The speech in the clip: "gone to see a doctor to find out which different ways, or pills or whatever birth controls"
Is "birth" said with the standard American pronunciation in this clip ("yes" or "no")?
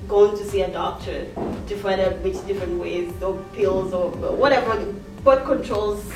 no